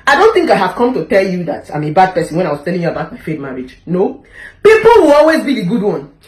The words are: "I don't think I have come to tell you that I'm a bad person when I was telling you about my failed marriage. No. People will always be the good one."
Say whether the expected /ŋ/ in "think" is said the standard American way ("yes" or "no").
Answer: yes